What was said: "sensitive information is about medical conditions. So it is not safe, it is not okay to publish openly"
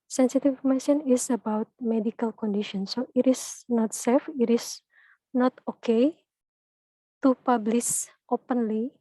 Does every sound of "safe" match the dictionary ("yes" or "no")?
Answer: yes